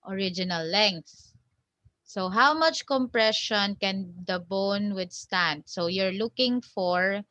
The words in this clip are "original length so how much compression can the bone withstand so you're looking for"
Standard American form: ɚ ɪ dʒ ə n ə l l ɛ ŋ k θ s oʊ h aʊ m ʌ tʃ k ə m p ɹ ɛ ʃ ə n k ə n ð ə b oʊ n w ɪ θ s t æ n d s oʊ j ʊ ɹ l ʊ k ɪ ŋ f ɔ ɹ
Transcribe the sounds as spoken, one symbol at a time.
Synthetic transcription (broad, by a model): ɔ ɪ dʒ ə n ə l l ɛ ŋ k θ s oʊ h aʊ m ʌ tʃ k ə m p ɹ ɛ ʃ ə n k ə n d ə b oʊ n w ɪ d s t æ n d s oʊ j ʊ ɹ l ʊ k ɪ ŋ f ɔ ɹ